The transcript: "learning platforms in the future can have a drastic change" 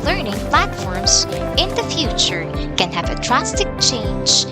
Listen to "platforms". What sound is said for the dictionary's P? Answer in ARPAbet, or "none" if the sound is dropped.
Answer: P